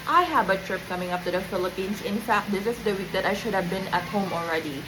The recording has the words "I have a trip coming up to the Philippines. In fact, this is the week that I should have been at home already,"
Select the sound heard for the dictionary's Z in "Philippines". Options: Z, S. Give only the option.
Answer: S